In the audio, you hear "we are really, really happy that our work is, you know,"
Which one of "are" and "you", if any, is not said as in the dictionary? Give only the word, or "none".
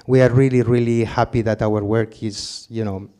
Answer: none